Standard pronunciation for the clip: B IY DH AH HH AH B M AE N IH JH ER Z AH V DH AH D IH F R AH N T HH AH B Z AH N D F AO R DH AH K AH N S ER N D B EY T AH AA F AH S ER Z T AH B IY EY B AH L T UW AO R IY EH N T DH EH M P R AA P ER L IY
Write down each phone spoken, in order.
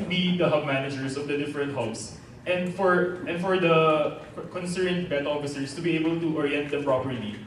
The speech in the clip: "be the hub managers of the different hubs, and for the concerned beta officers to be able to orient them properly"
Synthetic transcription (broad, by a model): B IY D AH HH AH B M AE N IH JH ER S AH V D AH D IH F R AH N T HH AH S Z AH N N F AO R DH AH K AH N S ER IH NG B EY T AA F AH S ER S T AH B IY EY B AH L T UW AO R IY EH N T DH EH M P R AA P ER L IY